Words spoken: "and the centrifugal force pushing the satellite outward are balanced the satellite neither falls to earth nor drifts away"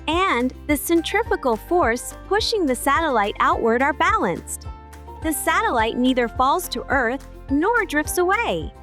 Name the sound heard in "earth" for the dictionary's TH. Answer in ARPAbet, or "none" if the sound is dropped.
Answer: TH